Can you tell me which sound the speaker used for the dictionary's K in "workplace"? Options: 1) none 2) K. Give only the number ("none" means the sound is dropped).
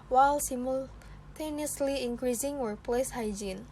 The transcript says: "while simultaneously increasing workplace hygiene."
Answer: 1